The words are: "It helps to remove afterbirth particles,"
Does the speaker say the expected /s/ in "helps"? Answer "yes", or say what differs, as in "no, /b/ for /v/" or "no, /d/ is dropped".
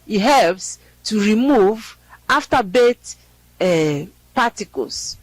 yes